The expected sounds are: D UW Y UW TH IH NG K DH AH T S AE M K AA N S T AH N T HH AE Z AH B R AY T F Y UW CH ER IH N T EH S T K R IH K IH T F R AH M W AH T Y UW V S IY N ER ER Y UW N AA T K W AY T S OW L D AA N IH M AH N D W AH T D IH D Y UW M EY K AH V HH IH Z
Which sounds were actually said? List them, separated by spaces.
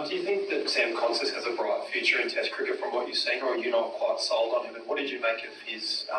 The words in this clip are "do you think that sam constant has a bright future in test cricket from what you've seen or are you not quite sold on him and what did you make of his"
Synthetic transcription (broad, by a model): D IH Y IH TH IH NG K DH AH T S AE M K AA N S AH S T HH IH Z AH B R AY T F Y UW CH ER IH N T EH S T K R IH K IH T F R AH M W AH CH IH S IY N ER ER Y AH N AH T K W AY T S OW L D N IH M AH N W AH T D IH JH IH M EY K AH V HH IH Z